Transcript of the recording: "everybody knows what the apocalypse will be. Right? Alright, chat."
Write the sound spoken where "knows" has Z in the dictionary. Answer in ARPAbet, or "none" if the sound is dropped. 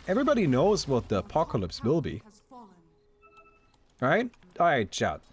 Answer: Z